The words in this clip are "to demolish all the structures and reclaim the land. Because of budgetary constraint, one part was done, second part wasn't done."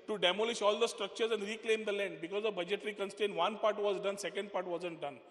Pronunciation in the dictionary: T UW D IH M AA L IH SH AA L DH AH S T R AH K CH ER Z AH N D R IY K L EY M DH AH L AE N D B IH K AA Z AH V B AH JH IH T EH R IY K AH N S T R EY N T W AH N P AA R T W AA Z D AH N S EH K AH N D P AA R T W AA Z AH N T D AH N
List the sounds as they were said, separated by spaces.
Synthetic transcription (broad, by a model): T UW D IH M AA L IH SH AA L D AH S T R AH K CH ER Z AH N D R IY K L EY M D AH L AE N D B IH K AA Z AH B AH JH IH T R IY K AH N S T EY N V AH N P AA R T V AA Z D AH N S EH K AH N D P AA R T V AA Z AH N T D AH N